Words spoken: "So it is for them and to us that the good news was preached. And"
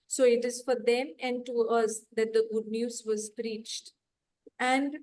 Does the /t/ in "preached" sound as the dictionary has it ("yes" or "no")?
yes